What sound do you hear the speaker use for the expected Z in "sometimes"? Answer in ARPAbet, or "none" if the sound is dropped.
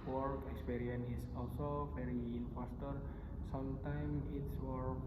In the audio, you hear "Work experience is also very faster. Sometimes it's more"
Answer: none